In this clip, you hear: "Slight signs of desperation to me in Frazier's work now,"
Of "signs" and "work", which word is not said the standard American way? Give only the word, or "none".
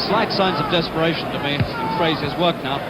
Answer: none